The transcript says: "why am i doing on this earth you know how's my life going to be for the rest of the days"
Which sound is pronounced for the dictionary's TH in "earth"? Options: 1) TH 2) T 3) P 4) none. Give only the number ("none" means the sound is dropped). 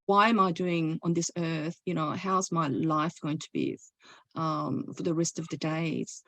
1